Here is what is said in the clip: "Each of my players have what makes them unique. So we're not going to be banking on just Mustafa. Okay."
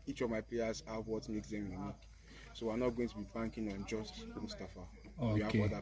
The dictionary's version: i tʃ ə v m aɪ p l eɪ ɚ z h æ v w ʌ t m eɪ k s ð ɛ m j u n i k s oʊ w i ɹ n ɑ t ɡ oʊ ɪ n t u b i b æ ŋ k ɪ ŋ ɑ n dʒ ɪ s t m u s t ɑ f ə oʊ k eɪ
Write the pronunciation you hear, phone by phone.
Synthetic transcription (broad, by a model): i tʃ ə v m aɪ p l eɪ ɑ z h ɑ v w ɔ t m eɪ k s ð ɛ m j u n i k s oʊ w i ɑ n ɑ t ɡ oʊ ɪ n t u b i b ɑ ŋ k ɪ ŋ ɑ n dʒ ɪ s t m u s t ɑ f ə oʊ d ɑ